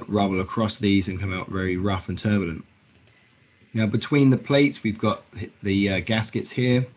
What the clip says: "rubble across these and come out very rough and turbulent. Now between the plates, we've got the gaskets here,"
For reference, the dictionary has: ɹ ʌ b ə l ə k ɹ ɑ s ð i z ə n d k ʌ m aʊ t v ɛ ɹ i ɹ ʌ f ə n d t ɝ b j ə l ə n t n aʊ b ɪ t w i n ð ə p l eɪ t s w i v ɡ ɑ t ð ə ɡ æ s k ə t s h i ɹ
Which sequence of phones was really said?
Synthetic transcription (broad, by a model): ɹ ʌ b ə l ə k ɹ ɑ s ð i z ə n k ʌ m aʊ t v ɛ ɹ i ɹ ʌ f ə n t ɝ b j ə l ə n t n aʊ b ɪ t w i n ð ə p l eɪ t s w i v ɡ ɑ t ð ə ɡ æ s k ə t s h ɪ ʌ